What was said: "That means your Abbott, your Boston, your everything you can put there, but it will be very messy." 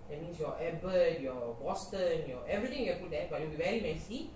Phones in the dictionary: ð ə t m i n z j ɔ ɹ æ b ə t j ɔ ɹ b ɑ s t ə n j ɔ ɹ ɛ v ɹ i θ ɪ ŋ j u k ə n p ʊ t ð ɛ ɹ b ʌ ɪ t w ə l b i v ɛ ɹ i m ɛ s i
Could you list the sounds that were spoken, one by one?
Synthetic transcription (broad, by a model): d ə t m i n s j ɔ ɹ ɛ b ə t j ɔ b ɑ s t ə n j ɔ ɛ v ɹ i t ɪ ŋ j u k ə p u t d ɛ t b ɪ t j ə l b i v ɛ ɹ i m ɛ s i